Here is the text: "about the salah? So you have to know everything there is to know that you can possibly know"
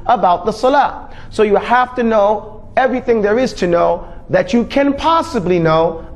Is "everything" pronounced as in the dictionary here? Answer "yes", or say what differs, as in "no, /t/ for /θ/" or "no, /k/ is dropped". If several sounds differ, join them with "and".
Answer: yes